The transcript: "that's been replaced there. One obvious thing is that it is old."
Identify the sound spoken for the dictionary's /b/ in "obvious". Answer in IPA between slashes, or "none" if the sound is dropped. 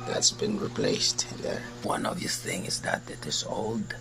none